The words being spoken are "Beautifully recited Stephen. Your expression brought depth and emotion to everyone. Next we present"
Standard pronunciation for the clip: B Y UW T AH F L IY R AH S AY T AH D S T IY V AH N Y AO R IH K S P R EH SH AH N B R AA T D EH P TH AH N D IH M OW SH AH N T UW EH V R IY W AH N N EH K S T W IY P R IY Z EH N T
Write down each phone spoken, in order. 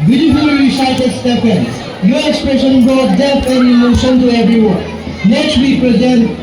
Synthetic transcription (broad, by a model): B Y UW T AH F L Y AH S AY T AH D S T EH P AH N Y AO R IH K S P R EH SH AH N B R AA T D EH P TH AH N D IH M OW SH AH N T UW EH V R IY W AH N N EH K S T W IY P R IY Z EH N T